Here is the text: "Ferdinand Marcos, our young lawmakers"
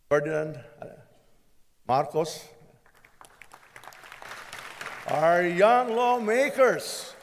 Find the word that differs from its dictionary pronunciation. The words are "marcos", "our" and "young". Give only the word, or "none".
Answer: none